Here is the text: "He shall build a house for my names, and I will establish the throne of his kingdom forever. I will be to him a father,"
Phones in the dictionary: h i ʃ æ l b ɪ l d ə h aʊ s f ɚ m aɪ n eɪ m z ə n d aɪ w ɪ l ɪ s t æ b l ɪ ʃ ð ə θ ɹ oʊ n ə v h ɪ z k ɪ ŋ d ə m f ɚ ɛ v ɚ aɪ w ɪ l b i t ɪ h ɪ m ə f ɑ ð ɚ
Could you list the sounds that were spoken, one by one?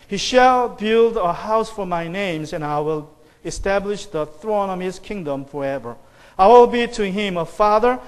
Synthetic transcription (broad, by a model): h i ʃ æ l b ɪ l d ə h aʊ s f ɚ m aɪ n eɪ m z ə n aɪ w ɪ l ɪ s t æ b l ɪ ʃ ð ə θ ɹ oʊ n ə v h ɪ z k ɪ ŋ d ə m f ɚ ɛ v ɚ aɪ w ɪ l b i t ɪ h ɪ m ə f ɑ ð ɚ